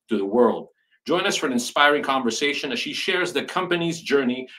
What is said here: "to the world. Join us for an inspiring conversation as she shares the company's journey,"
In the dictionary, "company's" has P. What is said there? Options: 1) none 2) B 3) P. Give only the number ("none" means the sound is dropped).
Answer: 3